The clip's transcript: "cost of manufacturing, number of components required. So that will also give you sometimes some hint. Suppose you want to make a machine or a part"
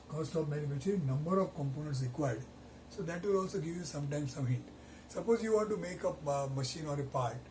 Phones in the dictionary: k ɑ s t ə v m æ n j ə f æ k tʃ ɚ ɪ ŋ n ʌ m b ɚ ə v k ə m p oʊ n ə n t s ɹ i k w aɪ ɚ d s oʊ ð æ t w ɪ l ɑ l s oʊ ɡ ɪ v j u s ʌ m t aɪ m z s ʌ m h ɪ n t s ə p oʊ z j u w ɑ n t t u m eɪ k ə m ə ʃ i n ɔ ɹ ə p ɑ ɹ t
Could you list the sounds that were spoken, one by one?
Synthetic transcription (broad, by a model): k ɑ s t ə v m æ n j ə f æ tʃ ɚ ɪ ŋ n ʌ m b ɚ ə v k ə m p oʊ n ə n t s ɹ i k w aɪ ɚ d s oʊ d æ t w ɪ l ɑ l s oʊ ɡ ɪ v j u s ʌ m t aɪ m s ʌ m h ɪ t s ə p oʊ z j u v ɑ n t t u m eɪ k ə m ə ʃ i n ɔ ɹ ə p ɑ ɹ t